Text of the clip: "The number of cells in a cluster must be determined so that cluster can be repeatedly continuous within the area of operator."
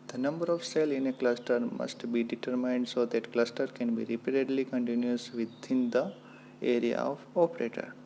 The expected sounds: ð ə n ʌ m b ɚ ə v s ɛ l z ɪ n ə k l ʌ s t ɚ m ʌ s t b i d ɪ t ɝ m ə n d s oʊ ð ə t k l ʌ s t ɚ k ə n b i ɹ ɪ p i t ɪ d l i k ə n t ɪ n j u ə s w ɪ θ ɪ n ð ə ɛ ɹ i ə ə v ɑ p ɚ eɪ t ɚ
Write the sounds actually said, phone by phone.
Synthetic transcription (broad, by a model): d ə n ʌ m b ɚ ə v s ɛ l ɪ n ə k l ʌ s t ɚ m ʌ s t b i d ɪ t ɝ m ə n d s oʊ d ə t k l ʌ s t ɚ k ə n b i ɹ ɪ p i t ɪ d l i k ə n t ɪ n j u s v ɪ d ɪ n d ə ɛ ɹ i ə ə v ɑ p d eɪ t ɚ